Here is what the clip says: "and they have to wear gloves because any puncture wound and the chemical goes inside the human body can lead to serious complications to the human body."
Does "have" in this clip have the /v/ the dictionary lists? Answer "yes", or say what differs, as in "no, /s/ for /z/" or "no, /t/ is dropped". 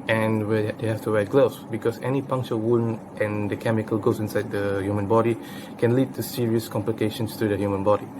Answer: no, /f/ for /v/